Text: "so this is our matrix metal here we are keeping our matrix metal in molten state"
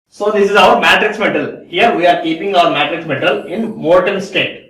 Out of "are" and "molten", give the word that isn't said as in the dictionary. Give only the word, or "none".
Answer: molten